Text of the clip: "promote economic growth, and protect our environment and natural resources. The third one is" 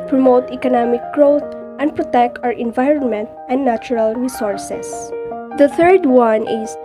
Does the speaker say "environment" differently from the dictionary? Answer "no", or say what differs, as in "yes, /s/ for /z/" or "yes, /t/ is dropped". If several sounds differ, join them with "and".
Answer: no